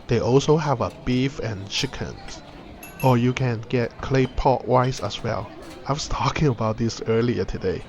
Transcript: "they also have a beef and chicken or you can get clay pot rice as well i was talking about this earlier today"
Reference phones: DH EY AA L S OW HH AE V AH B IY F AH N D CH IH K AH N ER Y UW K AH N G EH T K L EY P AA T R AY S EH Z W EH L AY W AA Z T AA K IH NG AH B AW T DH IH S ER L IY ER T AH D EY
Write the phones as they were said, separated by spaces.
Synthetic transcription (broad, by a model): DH EY AA L S OW HH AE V AH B IY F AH N CH IH K AH N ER Y UW K AH N G EH T K L EY P AA T W AY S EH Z W EH L AY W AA S T AA K IH NG AH B AW T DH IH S ER L IY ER T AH D EY